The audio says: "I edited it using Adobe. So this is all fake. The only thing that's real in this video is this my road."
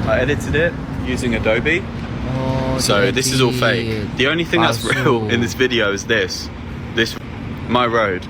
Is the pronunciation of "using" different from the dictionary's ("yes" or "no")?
no